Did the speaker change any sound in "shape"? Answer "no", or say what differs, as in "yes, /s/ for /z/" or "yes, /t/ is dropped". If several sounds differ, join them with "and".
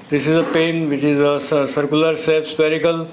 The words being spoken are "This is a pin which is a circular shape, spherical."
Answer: yes, /s/ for /ʃ/